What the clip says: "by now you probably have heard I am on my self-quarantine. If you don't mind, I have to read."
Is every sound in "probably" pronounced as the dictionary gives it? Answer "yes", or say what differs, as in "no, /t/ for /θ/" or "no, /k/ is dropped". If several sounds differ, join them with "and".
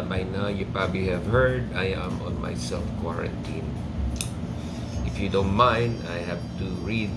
yes